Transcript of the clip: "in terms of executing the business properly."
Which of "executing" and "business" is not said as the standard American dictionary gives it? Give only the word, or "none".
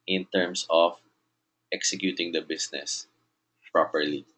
business